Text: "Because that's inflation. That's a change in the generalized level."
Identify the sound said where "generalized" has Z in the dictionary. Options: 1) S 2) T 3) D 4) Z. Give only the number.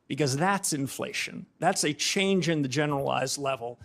4